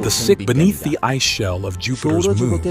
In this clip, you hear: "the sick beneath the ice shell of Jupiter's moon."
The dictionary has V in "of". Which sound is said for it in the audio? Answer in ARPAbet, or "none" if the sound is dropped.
V